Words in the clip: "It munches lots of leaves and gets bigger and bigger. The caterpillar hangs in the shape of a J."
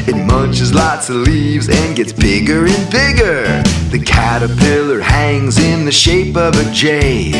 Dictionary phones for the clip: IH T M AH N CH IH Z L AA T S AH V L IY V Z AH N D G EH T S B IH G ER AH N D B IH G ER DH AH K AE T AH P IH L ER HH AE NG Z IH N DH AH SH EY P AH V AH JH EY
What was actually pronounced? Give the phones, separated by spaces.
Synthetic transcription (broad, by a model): IH T M AH N CH IH Z L AA T S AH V L IY V Z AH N G EH T S B IH G ER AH N B IH G ER DH AH K AE T AH P IH L ER HH AE NG Z IH N DH AH SH EY P AH V AH JH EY